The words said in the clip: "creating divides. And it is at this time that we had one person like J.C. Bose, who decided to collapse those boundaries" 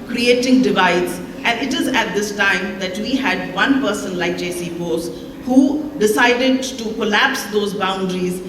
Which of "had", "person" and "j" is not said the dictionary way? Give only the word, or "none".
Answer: none